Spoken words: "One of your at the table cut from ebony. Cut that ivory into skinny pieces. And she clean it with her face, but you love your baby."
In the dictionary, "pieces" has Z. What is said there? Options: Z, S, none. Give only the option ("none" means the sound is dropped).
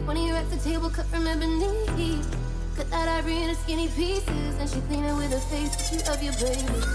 Z